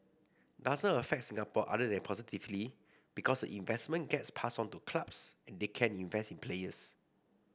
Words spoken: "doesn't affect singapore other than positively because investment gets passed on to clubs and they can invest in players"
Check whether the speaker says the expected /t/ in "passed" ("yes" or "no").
no